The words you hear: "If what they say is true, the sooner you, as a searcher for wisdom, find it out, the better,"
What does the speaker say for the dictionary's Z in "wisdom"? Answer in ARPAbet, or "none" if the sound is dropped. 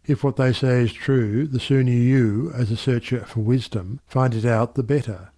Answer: Z